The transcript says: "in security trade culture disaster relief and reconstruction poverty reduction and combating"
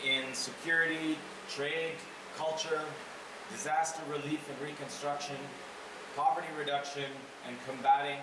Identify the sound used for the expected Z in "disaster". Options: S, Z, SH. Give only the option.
Z